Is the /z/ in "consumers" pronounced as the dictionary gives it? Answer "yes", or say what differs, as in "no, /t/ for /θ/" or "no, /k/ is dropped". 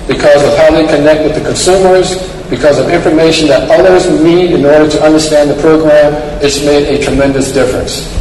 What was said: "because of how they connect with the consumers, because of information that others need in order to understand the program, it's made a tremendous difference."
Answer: yes